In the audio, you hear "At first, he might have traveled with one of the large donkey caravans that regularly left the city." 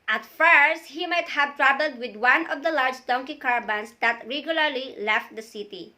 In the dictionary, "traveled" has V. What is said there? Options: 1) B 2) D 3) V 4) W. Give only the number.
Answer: 1